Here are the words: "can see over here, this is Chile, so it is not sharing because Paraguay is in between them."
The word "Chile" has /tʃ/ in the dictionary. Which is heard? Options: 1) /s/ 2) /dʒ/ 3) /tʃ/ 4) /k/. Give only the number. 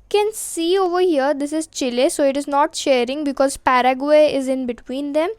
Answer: 3